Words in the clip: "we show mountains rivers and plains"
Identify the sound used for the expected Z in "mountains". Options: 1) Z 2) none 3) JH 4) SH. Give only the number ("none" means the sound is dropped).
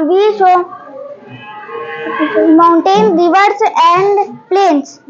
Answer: 2